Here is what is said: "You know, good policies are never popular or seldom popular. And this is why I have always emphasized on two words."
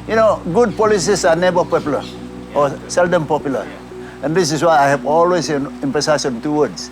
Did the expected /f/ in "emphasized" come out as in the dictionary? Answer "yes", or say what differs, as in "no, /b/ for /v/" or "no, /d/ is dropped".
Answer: no, /p/ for /f/